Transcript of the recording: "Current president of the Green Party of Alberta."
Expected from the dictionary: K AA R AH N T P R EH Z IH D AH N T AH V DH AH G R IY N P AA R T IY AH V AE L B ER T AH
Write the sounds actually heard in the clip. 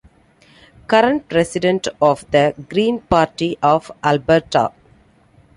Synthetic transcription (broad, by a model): K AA R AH N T P R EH S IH D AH N T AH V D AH G R IY N P AA R T IY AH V AE L B ER T AH